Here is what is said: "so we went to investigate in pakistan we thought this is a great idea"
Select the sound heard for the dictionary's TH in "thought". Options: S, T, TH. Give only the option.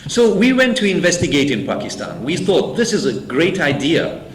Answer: TH